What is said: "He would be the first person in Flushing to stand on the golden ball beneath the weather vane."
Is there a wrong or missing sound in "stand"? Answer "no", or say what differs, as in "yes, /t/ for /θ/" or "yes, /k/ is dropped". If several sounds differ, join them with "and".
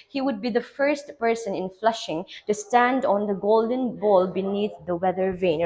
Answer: no